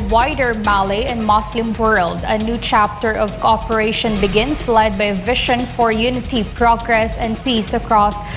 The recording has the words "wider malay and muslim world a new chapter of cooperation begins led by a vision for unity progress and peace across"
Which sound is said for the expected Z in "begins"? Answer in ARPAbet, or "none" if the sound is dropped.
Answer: S